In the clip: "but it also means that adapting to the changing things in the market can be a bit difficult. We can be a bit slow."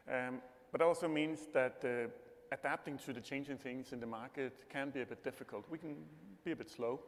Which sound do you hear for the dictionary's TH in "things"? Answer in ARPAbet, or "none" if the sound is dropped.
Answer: TH